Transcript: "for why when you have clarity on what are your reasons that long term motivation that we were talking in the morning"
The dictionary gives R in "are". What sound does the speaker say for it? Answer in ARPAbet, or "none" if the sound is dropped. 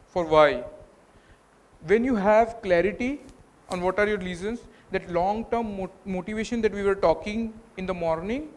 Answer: R